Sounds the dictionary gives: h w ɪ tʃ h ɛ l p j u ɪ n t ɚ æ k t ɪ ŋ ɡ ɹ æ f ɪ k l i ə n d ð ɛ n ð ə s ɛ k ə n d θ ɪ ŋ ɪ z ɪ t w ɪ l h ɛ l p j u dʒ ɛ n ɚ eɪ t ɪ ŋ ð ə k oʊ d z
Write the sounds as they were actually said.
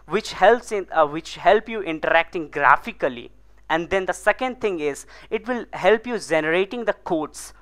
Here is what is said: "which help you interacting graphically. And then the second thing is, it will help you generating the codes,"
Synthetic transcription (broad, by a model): h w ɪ tʃ h ɛ l p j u ɪ n t ɚ æ k t ɪ ŋ ɡ ɹ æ f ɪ k l i ə n d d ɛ n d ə s ɛ k ə n d t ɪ ŋ ɪ z ɪ t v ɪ l h ɛ l p j u dʒ ɛ n ɚ eɪ t ɪ ŋ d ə k oʊ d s